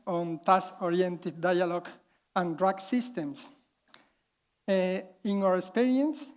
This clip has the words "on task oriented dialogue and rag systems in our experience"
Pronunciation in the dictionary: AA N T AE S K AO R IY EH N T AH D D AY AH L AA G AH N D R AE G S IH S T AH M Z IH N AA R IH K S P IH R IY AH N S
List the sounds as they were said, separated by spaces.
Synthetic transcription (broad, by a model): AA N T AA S AO R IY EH N T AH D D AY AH L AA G AH N D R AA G S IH S T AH M S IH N AA R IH K S P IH R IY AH N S